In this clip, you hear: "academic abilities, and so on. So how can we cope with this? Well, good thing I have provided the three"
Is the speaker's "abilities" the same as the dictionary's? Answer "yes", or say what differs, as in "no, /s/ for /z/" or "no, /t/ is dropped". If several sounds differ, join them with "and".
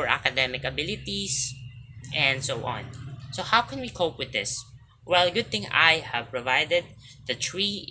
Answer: no, /s/ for /z/